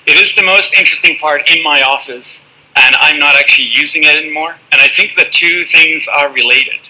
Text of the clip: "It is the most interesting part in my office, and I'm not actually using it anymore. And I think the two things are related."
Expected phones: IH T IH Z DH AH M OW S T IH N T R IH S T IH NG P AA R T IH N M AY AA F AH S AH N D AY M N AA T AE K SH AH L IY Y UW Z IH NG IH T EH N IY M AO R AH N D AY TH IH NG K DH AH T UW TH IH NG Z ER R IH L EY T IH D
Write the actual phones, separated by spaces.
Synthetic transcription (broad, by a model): IH T IH Z DH AH M OW S T IH N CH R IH S T IH NG P AA R T IH N M AY AA F AH S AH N AY M N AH T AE K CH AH L IY Y UW Z IH NG IH T EH N IY M AO R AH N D AY TH IH NG K DH AH T UW TH IH NG Z ER R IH L EY T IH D